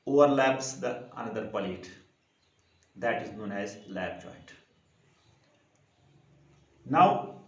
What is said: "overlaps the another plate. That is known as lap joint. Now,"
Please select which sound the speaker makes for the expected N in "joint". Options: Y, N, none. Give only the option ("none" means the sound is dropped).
none